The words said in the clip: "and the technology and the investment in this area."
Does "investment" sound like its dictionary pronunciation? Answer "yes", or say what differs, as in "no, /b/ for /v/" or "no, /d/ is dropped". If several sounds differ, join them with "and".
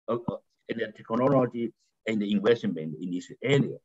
no, /m/ is dropped